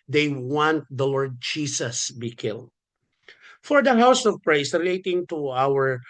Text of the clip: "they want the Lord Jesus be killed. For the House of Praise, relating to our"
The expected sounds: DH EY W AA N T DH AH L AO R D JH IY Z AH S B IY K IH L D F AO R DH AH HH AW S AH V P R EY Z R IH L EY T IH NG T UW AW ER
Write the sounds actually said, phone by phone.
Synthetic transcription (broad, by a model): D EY W AA N T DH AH L AO R D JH IY S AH S B IY K IH L D F AO R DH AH HH AW S AH V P R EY S R IH L EY T IH NG T UW AW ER